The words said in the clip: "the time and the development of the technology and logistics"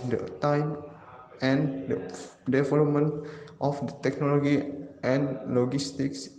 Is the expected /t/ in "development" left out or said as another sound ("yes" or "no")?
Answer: no